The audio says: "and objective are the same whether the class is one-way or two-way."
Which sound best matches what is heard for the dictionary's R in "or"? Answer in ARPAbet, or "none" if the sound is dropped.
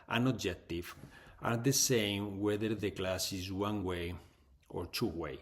R